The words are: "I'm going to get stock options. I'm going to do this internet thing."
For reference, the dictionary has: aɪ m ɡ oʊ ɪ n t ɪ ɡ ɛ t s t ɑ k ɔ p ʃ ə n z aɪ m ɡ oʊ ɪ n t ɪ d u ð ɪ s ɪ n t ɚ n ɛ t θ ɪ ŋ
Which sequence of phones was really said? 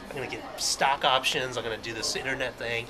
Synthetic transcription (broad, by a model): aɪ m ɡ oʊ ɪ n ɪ ɡ ɛ t s t ɑ k ɔ p ʃ ə n z aɪ m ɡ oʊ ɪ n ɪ d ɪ ð ɪ s ɪ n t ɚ n ɛ t θ ɪ ŋ